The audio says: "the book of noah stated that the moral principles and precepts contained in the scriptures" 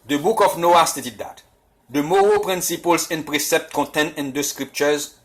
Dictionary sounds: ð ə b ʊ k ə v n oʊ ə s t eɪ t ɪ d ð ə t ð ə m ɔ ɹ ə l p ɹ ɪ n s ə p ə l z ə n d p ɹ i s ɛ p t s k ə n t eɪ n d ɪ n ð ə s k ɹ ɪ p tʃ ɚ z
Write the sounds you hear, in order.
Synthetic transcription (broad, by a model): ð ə b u k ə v n oʊ ə s t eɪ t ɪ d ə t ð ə m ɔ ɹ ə p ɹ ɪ n s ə p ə l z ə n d p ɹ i s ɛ p t k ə t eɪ n ɪ n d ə s k ɹ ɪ p tʃ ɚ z